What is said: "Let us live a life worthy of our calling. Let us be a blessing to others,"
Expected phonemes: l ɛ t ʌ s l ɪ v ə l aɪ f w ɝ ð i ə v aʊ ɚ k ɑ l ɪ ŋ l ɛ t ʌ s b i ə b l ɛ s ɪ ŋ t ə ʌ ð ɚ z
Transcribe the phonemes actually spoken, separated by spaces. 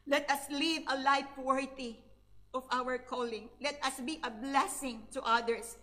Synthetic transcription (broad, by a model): l ɛ t ʌ s l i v ə l aɪ p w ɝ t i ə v aʊ ɚ k ɑ l ɪ ŋ l ɛ t ʌ s b i ə b l ɛ s ɪ ŋ t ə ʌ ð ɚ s